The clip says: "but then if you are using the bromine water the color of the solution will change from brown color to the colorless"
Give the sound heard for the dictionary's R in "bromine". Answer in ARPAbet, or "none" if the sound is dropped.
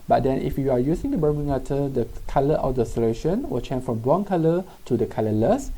none